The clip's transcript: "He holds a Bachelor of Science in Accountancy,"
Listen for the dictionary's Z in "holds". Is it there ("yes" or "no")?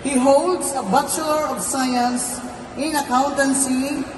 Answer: no